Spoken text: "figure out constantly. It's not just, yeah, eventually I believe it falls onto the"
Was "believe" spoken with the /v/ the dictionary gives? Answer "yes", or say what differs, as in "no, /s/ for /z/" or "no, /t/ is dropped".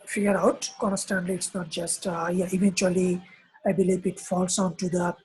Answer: no, /p/ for /v/